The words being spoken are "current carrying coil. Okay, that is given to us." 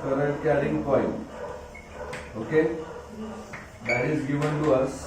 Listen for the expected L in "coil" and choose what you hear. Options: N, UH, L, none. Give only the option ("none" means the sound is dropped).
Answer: N